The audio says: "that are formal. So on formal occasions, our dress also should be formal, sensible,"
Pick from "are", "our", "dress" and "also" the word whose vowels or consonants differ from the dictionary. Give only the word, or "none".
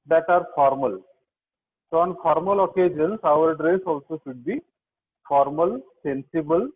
none